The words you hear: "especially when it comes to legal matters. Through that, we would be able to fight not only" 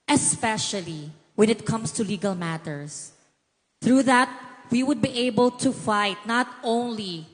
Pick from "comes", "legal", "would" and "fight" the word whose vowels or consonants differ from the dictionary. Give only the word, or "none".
comes